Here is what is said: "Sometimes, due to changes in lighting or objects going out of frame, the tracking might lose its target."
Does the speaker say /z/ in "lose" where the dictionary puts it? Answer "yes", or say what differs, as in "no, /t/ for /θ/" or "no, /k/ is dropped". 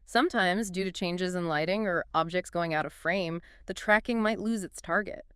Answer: yes